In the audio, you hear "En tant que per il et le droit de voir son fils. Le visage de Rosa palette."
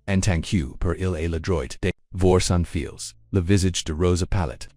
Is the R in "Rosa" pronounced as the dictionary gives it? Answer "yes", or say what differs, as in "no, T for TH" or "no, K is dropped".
yes